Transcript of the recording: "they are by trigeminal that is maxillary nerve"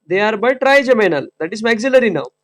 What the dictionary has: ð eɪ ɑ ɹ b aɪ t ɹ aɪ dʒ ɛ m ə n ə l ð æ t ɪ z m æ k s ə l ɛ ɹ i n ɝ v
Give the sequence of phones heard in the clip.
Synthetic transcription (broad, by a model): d eɪ ɑ ɹ b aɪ t ɹ aɪ dʒ ɛ m ə n ə l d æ t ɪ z m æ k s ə l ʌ ɹ i n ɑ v